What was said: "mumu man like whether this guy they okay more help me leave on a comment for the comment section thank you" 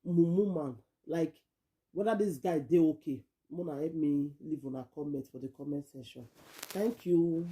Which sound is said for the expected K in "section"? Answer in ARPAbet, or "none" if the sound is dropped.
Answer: none